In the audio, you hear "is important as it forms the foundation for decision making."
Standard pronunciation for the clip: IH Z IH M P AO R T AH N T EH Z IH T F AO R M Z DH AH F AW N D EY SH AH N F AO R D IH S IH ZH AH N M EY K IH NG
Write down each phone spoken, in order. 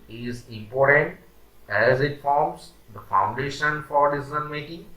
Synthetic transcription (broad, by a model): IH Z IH M P AO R T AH N T EH Z IH T F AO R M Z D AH F AW N D EY SH AH N F AO R D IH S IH Z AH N M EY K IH NG